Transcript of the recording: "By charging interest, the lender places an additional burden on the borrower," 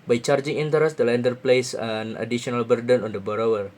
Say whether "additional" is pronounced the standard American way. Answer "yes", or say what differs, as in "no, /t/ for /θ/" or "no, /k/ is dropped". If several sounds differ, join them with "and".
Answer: no, /ʃ/ is dropped